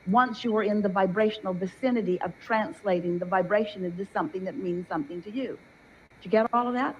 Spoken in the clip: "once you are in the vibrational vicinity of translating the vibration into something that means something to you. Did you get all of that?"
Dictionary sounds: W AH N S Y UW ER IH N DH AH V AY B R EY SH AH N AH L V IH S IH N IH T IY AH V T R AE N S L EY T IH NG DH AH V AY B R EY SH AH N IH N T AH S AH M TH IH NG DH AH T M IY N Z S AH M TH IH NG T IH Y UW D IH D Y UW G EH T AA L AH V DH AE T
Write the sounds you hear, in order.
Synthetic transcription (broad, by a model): W AH N S Y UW ER IH N DH AH V AY B R EY SH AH N L V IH S IH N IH T IY AH V T R AE N S L EY T IH NG DH AH V AY B R EY SH AH N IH T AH S AH M TH IH NG DH AH T M IY N Z S AH M TH IH NG T IH Y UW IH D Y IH G EH T AA L AH V DH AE T